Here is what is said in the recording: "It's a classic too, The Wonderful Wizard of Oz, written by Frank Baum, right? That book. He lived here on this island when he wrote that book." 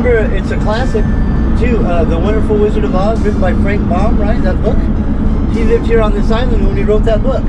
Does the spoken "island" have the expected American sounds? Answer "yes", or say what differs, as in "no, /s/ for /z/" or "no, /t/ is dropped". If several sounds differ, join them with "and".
no, /n/ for /l/